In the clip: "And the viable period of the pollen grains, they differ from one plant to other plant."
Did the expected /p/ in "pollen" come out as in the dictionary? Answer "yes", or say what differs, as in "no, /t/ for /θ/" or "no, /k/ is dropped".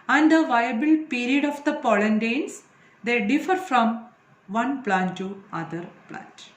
yes